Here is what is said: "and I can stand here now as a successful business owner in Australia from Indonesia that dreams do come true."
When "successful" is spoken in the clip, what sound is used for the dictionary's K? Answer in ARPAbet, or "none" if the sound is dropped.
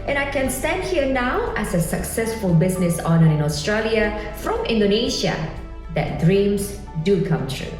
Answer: K